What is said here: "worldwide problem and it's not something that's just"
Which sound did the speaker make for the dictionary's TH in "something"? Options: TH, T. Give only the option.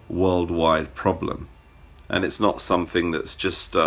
TH